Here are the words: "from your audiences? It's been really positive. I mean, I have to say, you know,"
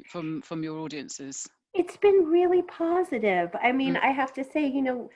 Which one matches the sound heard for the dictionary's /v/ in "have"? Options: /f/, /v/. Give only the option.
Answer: /f/